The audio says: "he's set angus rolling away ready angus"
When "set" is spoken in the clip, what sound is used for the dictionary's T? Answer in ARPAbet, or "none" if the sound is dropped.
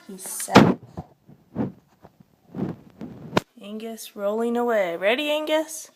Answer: none